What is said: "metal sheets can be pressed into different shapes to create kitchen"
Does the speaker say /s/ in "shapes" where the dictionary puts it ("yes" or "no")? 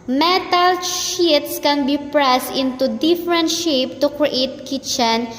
no